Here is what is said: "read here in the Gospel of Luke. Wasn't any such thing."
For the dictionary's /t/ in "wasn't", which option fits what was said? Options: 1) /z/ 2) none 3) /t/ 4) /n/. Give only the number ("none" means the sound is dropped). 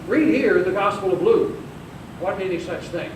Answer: 2